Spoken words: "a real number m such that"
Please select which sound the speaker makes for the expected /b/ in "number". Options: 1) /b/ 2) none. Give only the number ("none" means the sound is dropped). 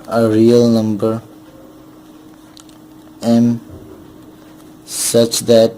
1